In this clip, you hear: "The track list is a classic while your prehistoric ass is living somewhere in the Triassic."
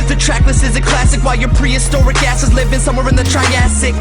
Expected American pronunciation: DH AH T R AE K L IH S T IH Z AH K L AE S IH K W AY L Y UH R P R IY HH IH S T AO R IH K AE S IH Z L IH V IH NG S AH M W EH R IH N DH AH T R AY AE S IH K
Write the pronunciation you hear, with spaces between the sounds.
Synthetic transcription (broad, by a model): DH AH T R AE K L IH S IH Z AH K L AE S IH K W AY L Y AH R P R IY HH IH S T AO R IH K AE S IH Z L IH V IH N S AH M W EH R IH N DH AH T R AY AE S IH K